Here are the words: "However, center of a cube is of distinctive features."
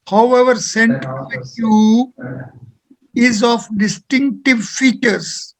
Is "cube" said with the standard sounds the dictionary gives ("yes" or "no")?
no